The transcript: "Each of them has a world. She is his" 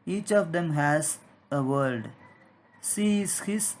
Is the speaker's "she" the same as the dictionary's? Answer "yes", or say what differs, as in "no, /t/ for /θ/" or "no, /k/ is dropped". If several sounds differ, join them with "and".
no, /s/ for /ʃ/